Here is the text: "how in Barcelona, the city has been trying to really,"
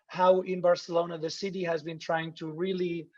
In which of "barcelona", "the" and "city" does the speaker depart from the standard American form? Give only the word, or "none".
none